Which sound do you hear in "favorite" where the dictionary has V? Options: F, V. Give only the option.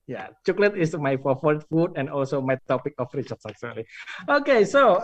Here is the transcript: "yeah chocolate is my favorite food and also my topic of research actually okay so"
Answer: F